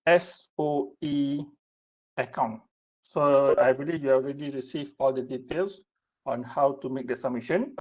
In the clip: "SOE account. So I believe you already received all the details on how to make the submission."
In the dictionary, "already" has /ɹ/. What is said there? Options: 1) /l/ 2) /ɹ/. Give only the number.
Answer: 2